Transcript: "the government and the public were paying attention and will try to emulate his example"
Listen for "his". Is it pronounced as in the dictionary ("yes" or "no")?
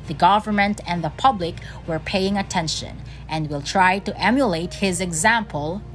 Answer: yes